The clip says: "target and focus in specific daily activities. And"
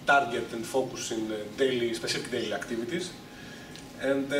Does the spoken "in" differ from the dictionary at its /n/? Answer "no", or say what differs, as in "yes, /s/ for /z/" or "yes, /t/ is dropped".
yes, /l/ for /n/